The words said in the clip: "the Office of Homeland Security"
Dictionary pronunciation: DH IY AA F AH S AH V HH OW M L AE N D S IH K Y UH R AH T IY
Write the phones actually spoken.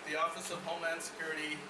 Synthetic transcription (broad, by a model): DH IY AA F AH S AH V HH OW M AE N S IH K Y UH R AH T IY